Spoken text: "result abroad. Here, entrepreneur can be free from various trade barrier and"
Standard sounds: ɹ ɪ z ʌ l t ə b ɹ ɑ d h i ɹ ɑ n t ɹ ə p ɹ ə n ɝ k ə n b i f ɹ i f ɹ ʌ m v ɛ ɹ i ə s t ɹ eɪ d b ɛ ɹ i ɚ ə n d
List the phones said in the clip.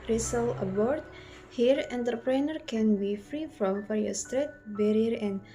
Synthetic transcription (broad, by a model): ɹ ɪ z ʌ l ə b ɹ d h i ɹ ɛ n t ɹ p ɹ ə n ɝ k ə n b i f ɹ i f ɹ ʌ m f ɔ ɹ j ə s t ɹ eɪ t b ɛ ɹ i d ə n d